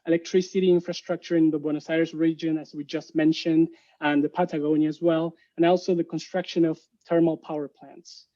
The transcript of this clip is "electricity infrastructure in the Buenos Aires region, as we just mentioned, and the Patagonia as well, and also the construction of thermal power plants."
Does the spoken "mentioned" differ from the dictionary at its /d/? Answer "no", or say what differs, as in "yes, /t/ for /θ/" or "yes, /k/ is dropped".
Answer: no